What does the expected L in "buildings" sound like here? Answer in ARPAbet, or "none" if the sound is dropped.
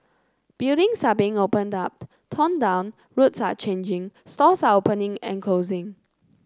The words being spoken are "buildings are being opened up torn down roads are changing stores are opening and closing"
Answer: none